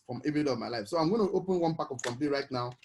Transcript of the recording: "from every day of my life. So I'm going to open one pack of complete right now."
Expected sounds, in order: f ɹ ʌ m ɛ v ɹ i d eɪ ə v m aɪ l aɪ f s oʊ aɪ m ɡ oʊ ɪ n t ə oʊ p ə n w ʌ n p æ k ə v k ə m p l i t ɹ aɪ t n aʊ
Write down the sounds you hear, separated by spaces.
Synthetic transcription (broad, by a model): f ɹ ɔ m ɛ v i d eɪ ə v m aɪ l aɪ f s oʊ aɪ m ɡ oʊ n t oʊ p ə n w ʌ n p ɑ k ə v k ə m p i ɹ aɪ t n aʊ